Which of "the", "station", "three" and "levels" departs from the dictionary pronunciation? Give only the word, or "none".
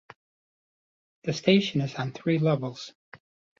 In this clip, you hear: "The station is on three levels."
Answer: none